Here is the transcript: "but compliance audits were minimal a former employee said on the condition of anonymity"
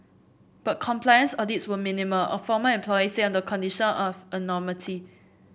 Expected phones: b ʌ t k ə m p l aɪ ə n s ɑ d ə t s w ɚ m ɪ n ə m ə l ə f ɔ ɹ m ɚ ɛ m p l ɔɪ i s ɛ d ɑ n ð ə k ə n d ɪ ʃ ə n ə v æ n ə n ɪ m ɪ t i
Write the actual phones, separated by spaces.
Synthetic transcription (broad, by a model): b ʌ t k ə m p l aɪ ə n s ɑ d ə t s w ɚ m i n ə m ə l ə f ɔ m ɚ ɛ m p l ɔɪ i s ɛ ɑ n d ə k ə n d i ʃ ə n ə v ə n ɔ m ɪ t i